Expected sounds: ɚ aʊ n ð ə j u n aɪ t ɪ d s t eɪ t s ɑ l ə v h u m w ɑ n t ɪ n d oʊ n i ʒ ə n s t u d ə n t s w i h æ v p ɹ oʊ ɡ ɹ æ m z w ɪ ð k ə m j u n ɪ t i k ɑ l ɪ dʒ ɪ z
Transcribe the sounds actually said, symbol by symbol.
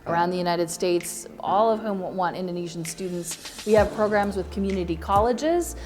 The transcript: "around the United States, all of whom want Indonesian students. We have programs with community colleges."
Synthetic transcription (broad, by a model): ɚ aʊ n ð ə j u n aɪ t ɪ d s t eɪ t s ɑ l ə v h u m w ɑ n t ɪ n d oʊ n i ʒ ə n s t u d n t s w i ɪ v p ɹ oʊ ɡ ɹ æ m z w ɪ ð k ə m j u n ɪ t i k ɑ l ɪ dʒ ɪ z